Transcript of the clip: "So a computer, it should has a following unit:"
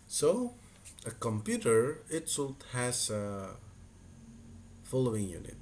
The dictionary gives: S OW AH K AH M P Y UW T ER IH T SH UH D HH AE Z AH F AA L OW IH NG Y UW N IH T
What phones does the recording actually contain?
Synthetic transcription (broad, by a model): S OW AH K AH M P Y UW T ER IH T S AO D HH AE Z AH F AA L OW IH NG Y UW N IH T